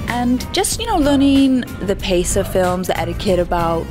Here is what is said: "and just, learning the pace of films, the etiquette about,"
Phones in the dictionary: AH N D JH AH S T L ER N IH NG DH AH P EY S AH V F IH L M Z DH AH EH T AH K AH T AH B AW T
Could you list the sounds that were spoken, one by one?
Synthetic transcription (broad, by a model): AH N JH AH S T L ER N IH NG DH AH P EY S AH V F IH L M Z DH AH EH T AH K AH T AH B AW T